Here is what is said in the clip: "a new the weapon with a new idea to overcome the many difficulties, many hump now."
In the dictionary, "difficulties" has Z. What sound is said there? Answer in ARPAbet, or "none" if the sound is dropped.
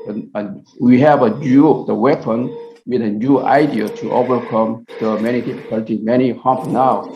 none